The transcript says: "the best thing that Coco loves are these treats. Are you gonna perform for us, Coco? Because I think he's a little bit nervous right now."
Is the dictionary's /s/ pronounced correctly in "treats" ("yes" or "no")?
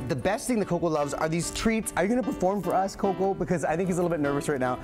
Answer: yes